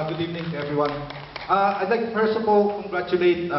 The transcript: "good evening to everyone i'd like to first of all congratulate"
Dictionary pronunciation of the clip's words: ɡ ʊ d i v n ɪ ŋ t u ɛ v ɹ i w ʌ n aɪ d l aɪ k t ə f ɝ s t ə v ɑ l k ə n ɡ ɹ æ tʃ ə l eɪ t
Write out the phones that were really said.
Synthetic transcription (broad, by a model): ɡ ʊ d i v n ɪ ŋ t u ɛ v ɹ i w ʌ n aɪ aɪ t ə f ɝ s ə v ɑ l k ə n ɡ ɹ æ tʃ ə l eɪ t